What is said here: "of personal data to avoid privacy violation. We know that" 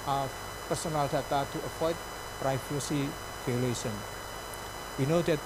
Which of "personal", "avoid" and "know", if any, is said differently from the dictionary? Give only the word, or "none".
avoid